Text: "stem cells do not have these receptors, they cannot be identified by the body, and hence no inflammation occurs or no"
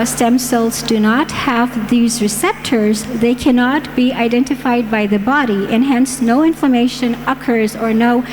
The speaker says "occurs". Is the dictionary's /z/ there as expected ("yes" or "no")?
yes